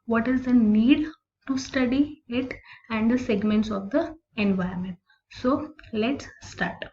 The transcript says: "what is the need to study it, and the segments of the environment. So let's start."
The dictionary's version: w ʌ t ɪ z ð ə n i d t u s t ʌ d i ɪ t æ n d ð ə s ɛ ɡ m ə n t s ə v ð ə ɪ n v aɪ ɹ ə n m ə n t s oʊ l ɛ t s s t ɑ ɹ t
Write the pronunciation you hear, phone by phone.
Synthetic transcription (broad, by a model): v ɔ t ɪ z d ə n i d t u s t ʌ d i ɪ t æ n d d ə s ɛ ɡ m ə n t s ə v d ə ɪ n v aɪ ə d m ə n t s oʊ l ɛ t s s t ɑ ɹ t